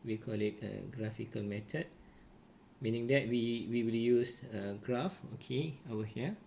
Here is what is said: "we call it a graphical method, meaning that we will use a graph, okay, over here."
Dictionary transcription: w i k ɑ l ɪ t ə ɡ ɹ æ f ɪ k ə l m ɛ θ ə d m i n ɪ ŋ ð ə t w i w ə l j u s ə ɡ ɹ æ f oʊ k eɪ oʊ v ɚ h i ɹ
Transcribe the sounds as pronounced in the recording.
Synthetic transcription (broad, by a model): w i k ɑ l ɪ t ə ɡ ɹ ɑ f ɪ k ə l m ɛ t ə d m i n ɪ ŋ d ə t w i w ə l j u s ə ɡ ɹ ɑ f oʊ k eɪ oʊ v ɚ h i